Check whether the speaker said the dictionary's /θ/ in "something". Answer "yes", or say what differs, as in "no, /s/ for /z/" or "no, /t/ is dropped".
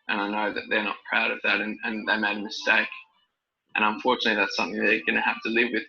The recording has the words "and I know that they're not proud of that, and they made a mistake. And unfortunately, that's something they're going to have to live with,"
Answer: yes